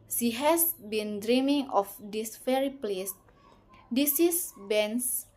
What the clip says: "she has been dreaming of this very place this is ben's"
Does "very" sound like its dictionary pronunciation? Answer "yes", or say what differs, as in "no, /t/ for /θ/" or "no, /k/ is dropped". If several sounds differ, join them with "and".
no, /f/ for /v/